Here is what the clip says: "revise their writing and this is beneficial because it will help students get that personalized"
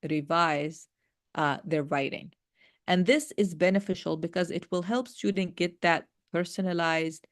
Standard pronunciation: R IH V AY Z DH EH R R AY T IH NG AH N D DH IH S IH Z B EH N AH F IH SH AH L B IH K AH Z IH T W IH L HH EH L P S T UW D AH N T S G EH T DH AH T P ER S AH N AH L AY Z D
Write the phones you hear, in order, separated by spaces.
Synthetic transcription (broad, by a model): R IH V AY Z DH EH R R AY T IH NG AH N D DH IH S IH Z B EH N AH F IH SH AH L B IH K AH Z IH T W IH L HH EH L P S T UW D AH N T G EH T DH AH T P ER S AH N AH L AY Z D